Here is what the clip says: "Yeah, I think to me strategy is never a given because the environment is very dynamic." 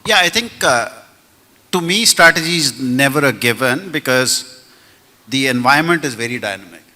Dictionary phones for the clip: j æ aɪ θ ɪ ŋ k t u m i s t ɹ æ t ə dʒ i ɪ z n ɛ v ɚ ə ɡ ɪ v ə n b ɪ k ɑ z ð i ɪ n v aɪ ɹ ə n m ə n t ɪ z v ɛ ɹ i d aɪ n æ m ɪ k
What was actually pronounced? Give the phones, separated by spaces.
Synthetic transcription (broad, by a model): j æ aɪ t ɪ ŋ k t u m i s t ɹ æ t ə dʒ i z n ɛ v ɚ ə ɡ ɪ v ə n b ɪ k ɑ z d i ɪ n v aɪ ə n m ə n t ɪ z v ɛ ɹ i d aɪ n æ m ɪ k